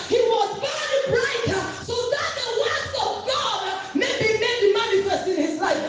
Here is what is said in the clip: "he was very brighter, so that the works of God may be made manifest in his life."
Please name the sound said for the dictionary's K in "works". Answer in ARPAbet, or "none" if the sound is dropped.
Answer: none